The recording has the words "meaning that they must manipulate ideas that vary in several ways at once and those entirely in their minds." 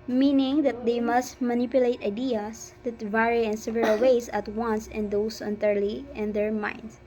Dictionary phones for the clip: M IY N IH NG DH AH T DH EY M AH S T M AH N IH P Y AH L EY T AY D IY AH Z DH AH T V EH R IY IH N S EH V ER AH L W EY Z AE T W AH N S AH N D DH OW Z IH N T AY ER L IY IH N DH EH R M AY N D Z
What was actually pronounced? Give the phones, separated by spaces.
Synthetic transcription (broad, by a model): M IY N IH NG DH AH T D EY M AH S T M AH N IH P Y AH L EY T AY D IY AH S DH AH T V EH R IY IH N S EH V ER AH L W EY S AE T W AH N S AH N D OW S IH N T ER L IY IH N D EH R M AY N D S